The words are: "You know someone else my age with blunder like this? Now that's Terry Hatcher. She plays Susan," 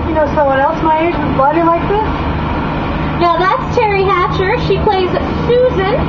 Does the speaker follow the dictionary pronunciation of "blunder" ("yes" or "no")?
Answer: no